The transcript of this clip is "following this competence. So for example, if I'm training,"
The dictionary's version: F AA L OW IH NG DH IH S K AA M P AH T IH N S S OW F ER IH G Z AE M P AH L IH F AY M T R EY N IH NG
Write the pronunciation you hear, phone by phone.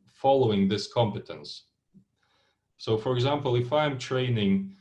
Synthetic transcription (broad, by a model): F AA L OW IH NG DH IH S K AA M P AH T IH N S S OW F ER IH G Z AE M P AH L IH F AY M T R EY N IH NG